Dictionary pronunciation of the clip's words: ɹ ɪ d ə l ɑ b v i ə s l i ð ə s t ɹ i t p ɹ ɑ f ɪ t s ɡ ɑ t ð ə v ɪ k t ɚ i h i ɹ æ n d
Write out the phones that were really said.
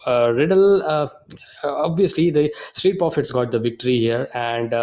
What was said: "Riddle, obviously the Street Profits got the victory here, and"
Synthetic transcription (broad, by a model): ɹ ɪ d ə l ɑ b v i ə s l i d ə s t ɹ i t p ɹ ɑ f ɪ t s ɡ ɑ t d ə v ɪ k t ɚ i h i ɹ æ n d